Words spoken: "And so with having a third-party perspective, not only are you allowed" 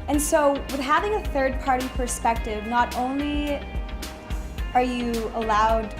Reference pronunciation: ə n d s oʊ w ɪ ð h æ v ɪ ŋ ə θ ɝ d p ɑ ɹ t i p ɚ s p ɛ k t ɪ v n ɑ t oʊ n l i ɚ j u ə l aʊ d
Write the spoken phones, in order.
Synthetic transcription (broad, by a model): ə n s oʊ w ɪ ð h æ v ɪ ŋ ə θ ɝ d p ɑ ɹ t i p ɚ s p ɛ k t ɪ v n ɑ t oʊ n l i ɚ j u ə l aʊ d